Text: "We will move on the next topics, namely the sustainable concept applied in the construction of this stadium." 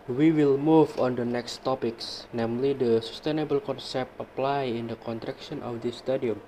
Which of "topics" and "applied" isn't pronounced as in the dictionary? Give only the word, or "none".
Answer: none